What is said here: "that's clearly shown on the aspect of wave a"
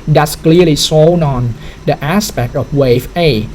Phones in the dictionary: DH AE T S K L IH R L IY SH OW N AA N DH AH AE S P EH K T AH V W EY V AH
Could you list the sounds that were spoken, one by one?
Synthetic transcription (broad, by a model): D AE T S K L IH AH L IY S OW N AA N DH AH AE S P EH K T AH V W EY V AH